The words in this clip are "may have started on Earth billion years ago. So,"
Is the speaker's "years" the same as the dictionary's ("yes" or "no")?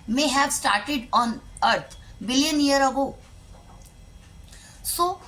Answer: no